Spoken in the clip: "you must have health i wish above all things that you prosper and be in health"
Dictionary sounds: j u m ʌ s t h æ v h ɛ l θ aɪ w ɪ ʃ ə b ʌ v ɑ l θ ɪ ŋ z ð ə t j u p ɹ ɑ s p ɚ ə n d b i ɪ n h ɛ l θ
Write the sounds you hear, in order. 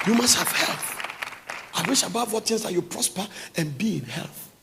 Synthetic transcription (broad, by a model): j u m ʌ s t h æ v h ɛ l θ aɪ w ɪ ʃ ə b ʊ w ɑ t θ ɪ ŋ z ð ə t j u p ɹ ɑ s p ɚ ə n b i ɪ n h ɛ l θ